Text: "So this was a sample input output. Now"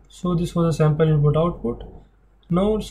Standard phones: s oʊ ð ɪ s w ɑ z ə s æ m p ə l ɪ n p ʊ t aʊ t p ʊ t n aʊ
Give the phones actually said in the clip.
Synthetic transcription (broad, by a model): s oʊ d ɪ s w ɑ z ə s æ m p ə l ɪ p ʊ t aʊ t p ʊ t n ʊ